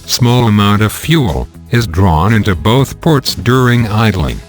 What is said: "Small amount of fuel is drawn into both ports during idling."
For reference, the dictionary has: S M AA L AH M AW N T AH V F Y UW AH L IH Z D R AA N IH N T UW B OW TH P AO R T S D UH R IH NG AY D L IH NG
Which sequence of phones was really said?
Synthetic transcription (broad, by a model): S M AA L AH M AW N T AH V F Y UW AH L IH Z D R AA N IH N T UW B OW TH P AO R T S D UH R IH NG AY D L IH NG